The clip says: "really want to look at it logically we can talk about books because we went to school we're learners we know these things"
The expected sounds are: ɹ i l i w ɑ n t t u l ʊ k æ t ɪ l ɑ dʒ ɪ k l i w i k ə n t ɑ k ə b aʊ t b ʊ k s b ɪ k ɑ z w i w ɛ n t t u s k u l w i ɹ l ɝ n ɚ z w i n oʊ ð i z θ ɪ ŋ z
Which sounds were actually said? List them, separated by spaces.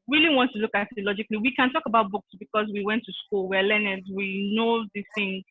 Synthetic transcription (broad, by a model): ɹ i l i w ɑ n t t u l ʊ k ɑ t ɪ l ɑ dʒ ɪ k l i w i k ə n t ɑ k ə b aʊ t b ʊ k s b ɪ k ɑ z w i w ɛ n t t u s k u l w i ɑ l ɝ n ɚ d w i n oʊ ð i θ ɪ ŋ